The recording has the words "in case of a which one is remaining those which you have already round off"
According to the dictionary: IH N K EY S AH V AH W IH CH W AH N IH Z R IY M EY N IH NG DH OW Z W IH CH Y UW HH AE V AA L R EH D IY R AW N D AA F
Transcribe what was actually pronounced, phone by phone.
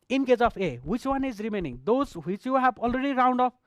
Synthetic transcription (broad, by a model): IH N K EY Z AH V AH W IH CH W AH N IH Z R IY M EY N IH NG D OW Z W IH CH Y UW HH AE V AA L R EH D IY R AW N D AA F